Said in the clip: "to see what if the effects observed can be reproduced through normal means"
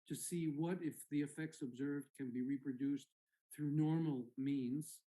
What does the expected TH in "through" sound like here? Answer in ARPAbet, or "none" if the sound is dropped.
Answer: TH